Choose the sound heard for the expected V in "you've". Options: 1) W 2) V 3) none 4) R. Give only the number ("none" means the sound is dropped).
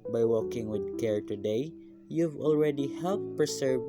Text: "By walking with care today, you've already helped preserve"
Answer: 2